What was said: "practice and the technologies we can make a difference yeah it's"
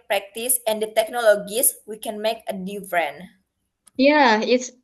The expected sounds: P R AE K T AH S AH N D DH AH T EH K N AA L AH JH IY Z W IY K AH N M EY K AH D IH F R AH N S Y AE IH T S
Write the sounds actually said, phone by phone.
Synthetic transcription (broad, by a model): P R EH K T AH S AH N D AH T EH K N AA L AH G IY S W IY K AH N M EY K AH D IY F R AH N Y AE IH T S